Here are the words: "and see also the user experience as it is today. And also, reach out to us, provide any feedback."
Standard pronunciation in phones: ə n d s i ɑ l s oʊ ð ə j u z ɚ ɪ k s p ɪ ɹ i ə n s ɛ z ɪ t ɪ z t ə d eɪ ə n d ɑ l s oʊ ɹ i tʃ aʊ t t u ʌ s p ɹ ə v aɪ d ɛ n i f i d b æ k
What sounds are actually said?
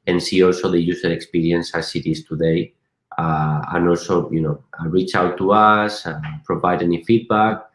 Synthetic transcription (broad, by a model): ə n s i ɑ l s oʊ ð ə j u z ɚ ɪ k s p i ɹ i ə n s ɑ s ɪ t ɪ s t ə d eɪ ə n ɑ l s oʊ ɹ i tʃ aʊ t t u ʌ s p ɹ ə v aɪ d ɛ n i f i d b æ k